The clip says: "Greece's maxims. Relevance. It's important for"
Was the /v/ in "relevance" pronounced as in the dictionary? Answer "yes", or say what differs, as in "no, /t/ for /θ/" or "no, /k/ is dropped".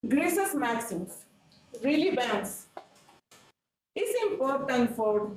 no, /b/ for /v/